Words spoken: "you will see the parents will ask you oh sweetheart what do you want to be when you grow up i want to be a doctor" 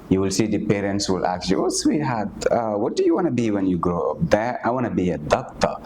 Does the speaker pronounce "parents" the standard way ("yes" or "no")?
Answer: yes